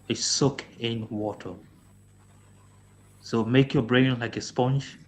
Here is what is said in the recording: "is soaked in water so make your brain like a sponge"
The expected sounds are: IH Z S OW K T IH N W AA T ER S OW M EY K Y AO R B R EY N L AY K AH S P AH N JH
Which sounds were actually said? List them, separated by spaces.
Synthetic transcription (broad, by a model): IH S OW K IH N W AA T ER S OW M EY K Y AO B R EY N L AY K AH S P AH N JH